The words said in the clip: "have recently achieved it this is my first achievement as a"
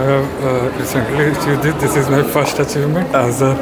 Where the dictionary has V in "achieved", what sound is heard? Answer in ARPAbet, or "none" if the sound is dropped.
none